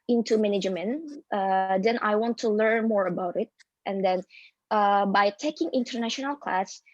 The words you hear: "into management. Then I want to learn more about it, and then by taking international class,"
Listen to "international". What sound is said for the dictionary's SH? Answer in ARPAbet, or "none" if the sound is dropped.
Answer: SH